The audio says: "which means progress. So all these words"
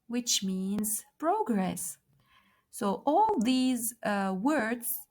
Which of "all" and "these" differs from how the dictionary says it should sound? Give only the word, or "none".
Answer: none